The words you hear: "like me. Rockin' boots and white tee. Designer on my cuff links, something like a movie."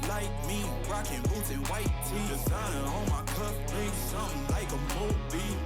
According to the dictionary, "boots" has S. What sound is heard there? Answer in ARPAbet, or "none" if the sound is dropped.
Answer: none